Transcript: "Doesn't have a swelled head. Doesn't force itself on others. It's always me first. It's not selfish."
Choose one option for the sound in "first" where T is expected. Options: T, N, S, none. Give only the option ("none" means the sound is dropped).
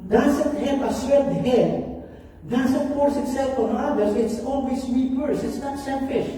none